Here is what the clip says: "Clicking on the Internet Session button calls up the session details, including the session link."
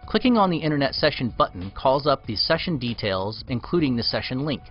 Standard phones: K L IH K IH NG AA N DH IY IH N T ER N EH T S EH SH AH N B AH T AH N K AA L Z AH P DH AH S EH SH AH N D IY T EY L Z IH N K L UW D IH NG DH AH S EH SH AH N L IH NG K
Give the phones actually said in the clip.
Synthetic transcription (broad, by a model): K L IH K IH NG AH N DH IY IH T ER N EH T S EH SH AH N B AH T N K AA L Z AH P DH AH S EH SH AH N D IY T EY L Z IH N K L UW D IH NG DH AH S EH SH AH N L IH NG K